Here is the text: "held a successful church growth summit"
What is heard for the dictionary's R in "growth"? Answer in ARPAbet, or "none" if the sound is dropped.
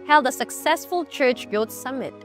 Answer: L